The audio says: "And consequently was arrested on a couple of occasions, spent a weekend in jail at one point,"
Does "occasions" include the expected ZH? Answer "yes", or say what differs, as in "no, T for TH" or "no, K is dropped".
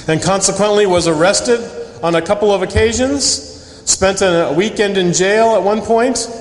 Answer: yes